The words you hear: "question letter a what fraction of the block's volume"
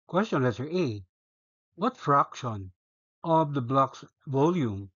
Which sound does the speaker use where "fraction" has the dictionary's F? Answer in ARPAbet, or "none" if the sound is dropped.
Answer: F